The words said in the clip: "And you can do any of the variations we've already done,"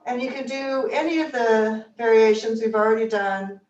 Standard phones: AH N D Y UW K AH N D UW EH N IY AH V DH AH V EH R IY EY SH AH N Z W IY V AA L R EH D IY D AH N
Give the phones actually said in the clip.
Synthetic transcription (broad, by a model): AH N Y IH K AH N D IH EH N IY AH V DH AH V EH R IY EY SH AH N Z W IY V L R EH D IY D AH N